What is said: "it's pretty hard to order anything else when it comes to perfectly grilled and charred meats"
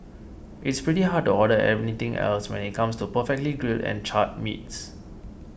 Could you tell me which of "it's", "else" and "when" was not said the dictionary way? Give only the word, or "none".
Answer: none